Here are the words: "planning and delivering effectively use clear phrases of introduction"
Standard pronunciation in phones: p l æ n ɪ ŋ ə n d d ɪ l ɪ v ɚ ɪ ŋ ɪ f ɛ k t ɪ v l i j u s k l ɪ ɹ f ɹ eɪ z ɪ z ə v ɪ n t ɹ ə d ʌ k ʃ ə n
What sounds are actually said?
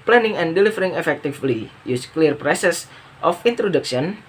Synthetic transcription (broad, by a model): p l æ n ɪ ŋ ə n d d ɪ l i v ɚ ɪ ŋ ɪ f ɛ k t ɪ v l i j u s k l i ɹ p ɹ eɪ s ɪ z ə f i n t ɹ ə d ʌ k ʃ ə n